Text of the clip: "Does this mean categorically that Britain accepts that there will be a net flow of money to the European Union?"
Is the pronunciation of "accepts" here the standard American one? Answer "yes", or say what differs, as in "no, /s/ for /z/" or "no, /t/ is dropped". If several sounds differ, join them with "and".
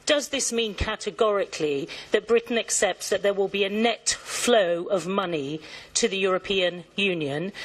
yes